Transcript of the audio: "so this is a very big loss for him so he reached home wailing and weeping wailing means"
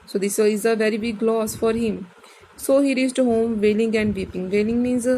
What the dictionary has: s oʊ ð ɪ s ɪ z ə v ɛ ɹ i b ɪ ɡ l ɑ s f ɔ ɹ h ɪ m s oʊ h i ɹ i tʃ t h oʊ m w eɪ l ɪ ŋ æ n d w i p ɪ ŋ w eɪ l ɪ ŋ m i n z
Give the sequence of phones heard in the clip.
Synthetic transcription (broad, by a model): s oʊ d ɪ s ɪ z ə v ɛ ɹ i b ɪ ɡ l ɑ s f ɔ ɹ h ɪ m s oʊ h i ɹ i s t h oʊ m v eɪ l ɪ ŋ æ n d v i p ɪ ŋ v eɪ l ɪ ŋ m i n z